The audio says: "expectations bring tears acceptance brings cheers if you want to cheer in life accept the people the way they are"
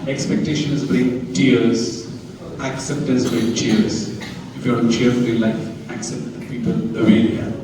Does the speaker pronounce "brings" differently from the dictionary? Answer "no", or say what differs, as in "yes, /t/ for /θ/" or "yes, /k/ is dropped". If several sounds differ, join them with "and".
yes, /z/ is dropped